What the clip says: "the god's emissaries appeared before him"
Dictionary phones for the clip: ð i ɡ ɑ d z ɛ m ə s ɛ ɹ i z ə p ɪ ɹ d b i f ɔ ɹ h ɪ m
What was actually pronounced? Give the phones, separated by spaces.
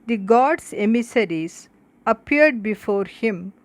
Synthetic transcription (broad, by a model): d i ɡ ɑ d s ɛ m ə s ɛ ɹ i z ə p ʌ ɹ d b i f ɔ ɹ h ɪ m